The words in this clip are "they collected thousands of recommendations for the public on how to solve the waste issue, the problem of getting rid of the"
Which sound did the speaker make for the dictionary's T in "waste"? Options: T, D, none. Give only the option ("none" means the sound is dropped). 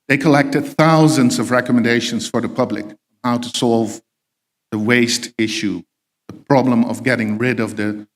T